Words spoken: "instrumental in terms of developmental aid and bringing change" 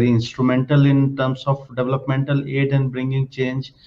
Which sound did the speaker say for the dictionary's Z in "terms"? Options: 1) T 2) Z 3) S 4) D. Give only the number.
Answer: 3